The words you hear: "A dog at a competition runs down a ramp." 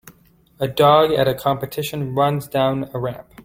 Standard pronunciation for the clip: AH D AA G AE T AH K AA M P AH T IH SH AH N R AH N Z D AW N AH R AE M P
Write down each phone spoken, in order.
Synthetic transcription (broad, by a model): AH D AA G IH T AH K AA M P AH T IH SH AH N R AH N Z D AW N AH R AE M P